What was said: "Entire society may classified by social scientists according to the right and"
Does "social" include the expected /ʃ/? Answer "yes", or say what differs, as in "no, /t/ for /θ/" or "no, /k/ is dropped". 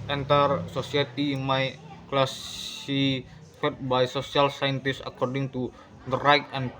no, /s/ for /ʃ/